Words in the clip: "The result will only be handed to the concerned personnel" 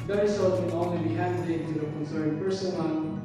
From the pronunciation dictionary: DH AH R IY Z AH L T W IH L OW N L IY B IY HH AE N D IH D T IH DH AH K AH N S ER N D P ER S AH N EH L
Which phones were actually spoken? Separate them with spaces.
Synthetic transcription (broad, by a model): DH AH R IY S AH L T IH N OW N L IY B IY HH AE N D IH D T IH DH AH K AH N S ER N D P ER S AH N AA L